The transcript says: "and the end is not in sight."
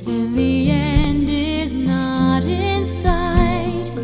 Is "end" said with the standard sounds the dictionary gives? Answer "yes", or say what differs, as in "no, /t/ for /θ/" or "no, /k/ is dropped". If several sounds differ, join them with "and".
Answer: yes